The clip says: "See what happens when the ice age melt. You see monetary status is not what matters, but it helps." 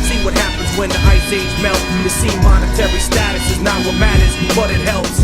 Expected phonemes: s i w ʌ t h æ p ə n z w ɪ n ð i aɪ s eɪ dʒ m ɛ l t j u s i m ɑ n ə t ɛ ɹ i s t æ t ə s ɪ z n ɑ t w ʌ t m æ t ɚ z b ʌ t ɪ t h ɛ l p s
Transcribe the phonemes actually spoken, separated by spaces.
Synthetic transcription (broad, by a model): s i w ʌ t h æ p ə n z w ɪ n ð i aɪ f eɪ z m ɛ l t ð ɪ s i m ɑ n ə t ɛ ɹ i s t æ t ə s ɪ z n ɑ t w ʌ t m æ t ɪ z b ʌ t ɪ t h ɛ l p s